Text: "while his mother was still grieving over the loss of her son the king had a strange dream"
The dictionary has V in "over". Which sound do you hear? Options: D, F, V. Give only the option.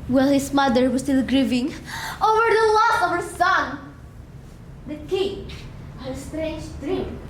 V